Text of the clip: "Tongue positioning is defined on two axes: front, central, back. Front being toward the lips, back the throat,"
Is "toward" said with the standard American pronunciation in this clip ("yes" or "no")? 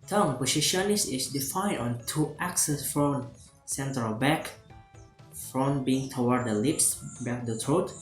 no